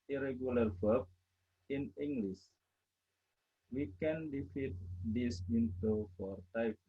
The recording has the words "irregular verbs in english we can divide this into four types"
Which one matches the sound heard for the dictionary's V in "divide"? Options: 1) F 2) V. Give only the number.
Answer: 1